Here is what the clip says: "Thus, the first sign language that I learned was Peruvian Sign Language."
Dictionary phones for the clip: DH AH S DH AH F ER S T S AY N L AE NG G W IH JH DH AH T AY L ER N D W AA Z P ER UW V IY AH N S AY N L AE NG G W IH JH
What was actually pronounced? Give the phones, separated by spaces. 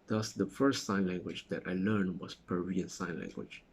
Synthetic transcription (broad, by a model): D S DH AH F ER S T S AY N L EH NG G W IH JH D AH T AY L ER N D W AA S P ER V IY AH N S AY N L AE NG G W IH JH